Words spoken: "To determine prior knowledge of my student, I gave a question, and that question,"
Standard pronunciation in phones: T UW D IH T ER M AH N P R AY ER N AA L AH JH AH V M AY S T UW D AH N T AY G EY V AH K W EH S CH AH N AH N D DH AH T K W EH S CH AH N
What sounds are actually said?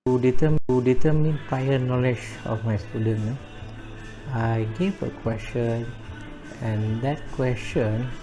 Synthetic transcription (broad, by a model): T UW D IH T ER M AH N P AY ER N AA L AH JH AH F M AY S T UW D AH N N AY G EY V AH K W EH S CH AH N AH N D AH T K W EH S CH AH N